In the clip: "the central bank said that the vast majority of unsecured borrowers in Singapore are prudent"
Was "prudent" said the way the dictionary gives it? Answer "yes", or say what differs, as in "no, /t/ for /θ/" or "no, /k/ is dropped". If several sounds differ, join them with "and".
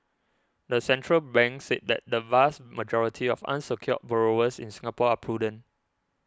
no, /t/ is dropped